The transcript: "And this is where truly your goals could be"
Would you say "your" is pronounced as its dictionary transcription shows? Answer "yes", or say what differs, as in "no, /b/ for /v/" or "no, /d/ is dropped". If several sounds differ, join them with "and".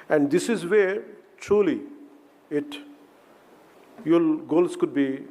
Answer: no, /l/ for /ɹ/